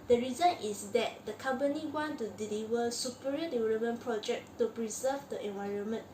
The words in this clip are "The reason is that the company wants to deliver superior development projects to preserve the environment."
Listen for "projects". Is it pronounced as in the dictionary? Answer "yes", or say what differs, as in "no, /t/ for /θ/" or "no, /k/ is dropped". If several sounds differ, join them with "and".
no, /s/ is dropped